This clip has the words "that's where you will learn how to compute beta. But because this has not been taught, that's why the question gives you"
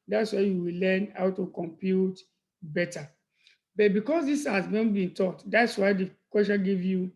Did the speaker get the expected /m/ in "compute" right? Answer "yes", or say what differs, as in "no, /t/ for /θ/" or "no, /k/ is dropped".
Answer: yes